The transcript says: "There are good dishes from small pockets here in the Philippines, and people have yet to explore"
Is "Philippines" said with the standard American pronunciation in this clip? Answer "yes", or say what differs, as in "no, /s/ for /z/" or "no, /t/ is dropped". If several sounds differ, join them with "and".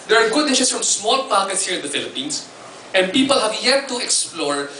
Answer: no, /s/ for /z/